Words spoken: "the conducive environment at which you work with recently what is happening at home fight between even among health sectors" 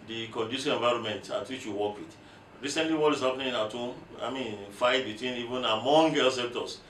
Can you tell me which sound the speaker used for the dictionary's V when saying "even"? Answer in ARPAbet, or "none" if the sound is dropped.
V